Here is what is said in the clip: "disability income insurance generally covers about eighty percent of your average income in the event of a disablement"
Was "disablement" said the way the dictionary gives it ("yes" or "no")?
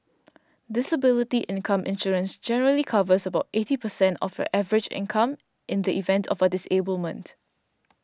yes